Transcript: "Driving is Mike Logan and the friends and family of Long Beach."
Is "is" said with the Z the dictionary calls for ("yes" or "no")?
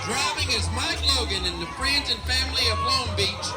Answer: yes